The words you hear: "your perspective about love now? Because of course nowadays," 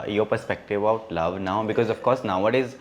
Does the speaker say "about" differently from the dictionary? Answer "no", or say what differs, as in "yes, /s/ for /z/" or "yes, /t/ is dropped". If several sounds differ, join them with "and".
yes, /b/ is dropped